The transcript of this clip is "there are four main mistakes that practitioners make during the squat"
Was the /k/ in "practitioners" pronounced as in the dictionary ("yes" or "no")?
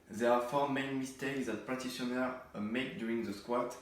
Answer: no